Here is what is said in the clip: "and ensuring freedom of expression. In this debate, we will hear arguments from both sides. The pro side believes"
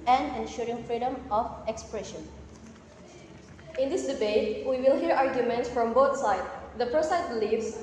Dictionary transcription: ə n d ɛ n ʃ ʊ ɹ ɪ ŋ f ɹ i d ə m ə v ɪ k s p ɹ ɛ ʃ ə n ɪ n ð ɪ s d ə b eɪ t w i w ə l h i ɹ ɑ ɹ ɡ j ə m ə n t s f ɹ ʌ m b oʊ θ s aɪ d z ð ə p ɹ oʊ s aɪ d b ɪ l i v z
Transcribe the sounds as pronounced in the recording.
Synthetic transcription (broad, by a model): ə n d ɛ n ʃ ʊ ɹ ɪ ŋ f ɹ i d ə m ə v ɪ k s p ɹ ɛ ʃ ə n ɪ n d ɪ s d ə b eɪ t w i w ə l h i ɹ ɑ ɹ ɡ j ə m ə n t s f ɹ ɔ m b oʊ t s aɪ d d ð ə p ɹ oʊ s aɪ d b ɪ l i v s